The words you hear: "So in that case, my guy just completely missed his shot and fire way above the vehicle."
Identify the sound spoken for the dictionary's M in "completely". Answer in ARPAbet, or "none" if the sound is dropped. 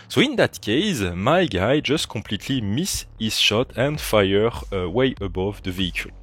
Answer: M